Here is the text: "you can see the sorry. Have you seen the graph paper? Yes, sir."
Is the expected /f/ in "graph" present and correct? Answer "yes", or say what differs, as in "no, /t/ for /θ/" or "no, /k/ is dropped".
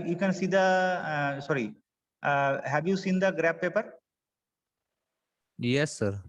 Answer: no, /p/ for /f/